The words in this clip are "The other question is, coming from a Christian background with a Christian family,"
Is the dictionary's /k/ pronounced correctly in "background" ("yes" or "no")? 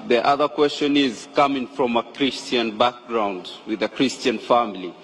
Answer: yes